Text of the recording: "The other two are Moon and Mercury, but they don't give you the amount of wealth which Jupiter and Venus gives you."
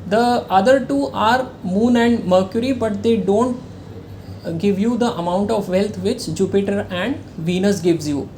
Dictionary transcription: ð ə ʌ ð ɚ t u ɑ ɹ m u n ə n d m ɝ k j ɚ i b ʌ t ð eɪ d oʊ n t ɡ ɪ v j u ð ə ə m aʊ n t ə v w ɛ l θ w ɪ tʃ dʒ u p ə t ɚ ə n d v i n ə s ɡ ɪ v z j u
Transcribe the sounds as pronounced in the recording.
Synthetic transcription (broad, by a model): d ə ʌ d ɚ t u ɑ ɹ m u n ə n d m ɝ k j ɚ i b ʌ t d eɪ d oʊ n t ɡ ɪ v j u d ə ə m aʊ n t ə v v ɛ l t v ɪ tʃ dʒ u p ə t ɚ ə n d v i n ə s ɡ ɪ v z j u